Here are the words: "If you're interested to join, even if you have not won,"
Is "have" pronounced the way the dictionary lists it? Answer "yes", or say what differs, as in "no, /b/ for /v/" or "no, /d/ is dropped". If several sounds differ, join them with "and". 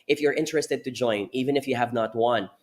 yes